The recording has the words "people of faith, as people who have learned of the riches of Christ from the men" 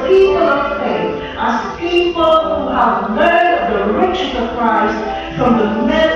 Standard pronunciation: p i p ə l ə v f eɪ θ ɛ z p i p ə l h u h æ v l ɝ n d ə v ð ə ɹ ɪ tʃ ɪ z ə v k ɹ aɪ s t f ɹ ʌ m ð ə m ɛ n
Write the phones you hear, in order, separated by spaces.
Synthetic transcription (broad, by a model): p i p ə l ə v f eɪ θ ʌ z p i p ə l h u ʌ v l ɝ d ə v ð ə ɹ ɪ tʃ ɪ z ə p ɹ aɪ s f ɹ ʌ m ð ə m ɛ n